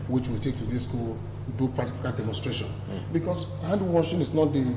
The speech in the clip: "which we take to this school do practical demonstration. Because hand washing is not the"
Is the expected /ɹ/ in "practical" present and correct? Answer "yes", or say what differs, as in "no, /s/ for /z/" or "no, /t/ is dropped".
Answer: no, /ɹ/ is dropped